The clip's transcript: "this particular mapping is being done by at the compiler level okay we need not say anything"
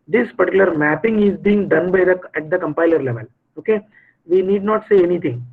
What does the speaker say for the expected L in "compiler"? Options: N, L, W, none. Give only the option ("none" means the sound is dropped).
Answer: L